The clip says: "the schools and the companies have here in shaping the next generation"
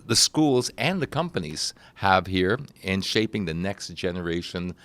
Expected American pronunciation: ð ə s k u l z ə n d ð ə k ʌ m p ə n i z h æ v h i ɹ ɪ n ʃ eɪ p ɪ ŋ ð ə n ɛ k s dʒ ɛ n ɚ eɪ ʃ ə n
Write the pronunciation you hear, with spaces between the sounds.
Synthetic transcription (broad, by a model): ð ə s k u l z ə n ð ə k ʌ m p ə n i z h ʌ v h i ɹ ɪ n ʃ eɪ p ɪ ŋ ð ə n ɛ k s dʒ ɛ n ɚ eɪ ʃ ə n